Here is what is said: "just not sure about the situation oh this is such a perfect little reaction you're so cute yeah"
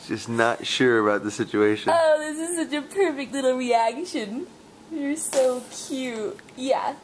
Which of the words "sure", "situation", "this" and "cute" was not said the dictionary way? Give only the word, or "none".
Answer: situation